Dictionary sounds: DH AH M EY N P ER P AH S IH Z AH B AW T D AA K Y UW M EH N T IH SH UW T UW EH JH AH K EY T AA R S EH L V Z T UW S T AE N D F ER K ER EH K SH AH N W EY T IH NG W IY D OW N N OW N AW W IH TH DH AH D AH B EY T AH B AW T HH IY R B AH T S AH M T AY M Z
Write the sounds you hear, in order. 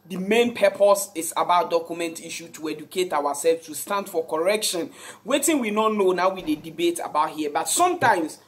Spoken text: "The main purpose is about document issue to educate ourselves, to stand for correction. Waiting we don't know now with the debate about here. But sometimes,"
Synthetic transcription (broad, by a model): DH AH M EY N P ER P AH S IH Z AH B AW T D AA K Y UW M EH N T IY SH UW T UW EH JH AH K EY T AA W S EH L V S T UW S T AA N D F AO K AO EH K SH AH N W EY T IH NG W IY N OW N N OW N AW W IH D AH D AH B EY T AH B AW T HH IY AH B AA T S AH M T AY M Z